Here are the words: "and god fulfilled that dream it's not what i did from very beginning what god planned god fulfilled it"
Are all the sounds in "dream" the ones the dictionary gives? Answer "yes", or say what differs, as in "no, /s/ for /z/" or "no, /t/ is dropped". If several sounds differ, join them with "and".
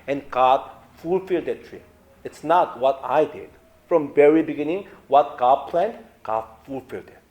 no, /m/ is dropped